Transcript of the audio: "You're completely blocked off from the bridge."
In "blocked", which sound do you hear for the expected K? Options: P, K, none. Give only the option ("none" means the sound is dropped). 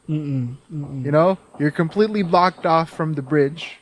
K